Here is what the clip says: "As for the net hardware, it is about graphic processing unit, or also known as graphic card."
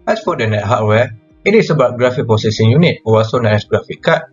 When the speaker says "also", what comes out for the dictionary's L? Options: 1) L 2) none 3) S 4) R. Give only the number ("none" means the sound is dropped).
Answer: 2